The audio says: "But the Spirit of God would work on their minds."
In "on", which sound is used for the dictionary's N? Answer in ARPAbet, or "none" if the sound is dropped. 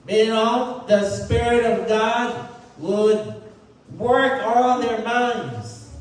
L